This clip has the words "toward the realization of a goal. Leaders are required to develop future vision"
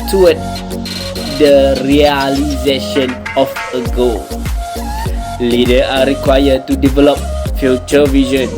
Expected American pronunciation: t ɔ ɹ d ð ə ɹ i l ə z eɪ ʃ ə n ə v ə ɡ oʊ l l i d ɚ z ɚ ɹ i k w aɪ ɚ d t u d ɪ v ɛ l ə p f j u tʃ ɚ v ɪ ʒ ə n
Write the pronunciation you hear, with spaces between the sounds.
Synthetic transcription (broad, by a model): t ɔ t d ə ɹ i l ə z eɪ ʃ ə n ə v ə ɡ oʊ l l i d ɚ ɑ ɹ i k w aɪ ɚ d t u d ɪ v ɛ l ə p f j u tʃ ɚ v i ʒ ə n